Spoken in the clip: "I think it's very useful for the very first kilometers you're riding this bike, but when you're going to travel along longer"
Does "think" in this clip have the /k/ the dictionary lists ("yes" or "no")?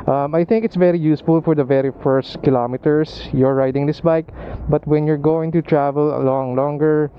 yes